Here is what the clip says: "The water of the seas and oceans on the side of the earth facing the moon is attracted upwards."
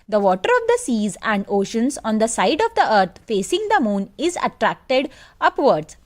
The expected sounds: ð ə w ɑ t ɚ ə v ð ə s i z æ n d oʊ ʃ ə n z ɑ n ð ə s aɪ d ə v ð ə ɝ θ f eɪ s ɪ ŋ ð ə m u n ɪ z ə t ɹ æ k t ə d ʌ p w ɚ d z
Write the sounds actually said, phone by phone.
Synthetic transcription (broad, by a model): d ə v ɑ t ɚ ə v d ə s i z æ n d oʊ ʃ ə n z ɑ n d ə s aɪ d ə v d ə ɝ t f eɪ s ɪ ŋ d ə m u n ɪ z ə t ɹ æ k t ə d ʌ p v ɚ d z